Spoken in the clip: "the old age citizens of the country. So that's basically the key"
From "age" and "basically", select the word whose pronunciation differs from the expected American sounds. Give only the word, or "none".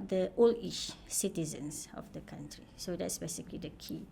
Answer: age